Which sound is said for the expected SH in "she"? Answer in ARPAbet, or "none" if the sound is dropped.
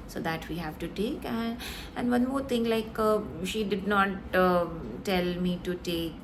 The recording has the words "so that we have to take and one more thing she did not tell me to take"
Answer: SH